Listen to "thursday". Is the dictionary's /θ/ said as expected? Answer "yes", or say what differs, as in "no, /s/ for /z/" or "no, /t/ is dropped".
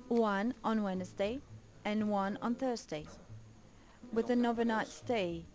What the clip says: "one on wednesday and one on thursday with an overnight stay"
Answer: yes